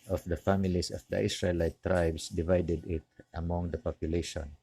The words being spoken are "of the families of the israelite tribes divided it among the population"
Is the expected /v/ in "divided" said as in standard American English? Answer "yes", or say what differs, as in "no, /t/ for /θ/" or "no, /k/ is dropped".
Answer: yes